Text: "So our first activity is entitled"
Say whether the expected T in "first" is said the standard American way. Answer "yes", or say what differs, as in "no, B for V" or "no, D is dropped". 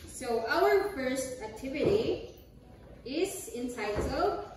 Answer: yes